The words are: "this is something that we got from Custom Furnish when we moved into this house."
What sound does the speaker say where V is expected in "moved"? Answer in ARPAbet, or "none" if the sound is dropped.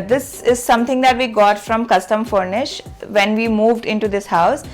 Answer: V